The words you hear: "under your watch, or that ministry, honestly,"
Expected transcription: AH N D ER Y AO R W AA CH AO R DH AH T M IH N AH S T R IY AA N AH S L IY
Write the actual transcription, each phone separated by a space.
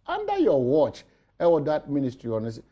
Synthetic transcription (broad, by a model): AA N D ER Y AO W AA CH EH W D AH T M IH N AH S T R IY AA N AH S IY